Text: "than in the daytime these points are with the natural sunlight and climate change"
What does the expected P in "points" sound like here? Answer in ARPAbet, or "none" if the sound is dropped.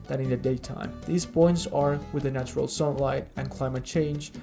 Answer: B